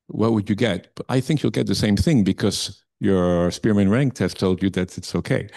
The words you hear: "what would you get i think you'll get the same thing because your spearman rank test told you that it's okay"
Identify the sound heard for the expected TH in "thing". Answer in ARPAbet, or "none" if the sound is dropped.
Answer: TH